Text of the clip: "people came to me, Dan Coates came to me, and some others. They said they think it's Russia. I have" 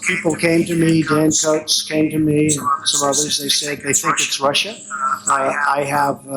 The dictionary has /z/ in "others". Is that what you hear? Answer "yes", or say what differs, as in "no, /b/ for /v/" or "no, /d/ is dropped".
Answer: yes